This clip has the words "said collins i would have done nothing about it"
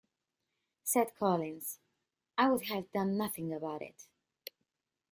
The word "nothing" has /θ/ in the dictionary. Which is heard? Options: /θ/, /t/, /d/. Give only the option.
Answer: /θ/